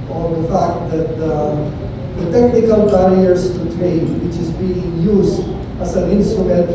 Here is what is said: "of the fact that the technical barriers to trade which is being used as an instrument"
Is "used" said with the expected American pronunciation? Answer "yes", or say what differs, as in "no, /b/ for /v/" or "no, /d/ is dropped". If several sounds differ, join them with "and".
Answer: no, /s/ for /z/